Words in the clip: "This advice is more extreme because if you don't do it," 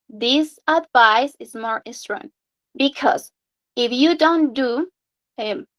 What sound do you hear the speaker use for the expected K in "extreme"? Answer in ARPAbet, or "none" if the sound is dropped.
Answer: none